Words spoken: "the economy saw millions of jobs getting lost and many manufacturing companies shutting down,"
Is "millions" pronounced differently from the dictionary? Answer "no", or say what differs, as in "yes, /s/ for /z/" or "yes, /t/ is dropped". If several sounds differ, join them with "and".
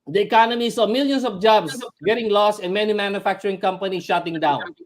yes, /s/ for /z/